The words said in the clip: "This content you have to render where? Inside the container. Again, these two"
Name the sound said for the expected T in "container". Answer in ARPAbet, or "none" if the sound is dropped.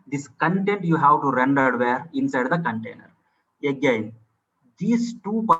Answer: T